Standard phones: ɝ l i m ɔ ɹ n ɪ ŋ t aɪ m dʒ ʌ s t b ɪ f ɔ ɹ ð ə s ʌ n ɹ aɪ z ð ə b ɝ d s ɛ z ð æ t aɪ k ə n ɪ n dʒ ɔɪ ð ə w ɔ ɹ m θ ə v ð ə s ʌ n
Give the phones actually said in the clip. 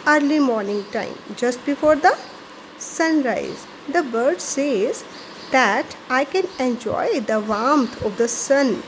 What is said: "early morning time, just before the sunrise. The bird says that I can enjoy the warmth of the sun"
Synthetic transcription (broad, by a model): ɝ l i m ɔ ɹ n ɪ ŋ t aɪ m dʒ ʌ s t b ɪ f ɔ ɹ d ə s ʌ n ɹ aɪ z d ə b ɝ d s ɛ z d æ t aɪ k ə n ɪ n dʒ ɔɪ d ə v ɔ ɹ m t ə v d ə s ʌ n